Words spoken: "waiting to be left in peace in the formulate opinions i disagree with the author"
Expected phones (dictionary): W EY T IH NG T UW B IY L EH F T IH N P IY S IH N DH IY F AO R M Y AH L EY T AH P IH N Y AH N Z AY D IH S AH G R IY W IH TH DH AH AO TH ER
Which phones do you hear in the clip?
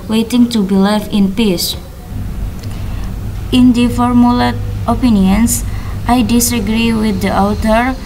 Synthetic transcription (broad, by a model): W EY T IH NG T UW B IY L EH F IH N P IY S IH N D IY F AO R M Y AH L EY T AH P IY N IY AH N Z AY D IH S AH G R IY W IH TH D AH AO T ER